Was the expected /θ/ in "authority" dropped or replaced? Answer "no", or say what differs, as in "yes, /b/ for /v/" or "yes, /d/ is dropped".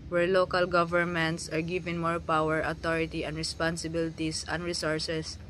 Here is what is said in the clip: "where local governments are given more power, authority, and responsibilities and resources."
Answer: yes, /t/ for /θ/